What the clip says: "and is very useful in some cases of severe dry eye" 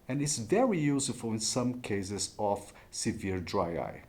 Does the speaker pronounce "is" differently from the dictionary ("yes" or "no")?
yes